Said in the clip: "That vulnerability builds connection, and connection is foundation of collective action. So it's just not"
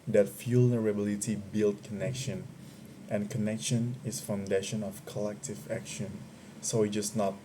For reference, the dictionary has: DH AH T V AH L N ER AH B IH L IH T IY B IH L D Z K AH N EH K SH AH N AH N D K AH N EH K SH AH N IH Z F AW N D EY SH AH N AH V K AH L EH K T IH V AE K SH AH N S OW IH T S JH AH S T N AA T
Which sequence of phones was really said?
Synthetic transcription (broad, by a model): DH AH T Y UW L N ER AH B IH L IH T IY B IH L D K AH N EH K SH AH N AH N K AH N EH K SH AH N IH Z F AW N D EY SH AH N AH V K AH L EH K T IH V AE K SH AH N S OW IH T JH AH S N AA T